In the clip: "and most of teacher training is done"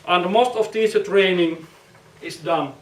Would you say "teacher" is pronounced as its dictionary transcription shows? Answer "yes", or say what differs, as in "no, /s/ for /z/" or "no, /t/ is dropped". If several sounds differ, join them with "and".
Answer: no, /s/ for /tʃ/